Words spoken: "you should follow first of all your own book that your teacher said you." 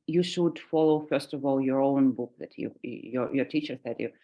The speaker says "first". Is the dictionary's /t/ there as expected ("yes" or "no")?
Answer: yes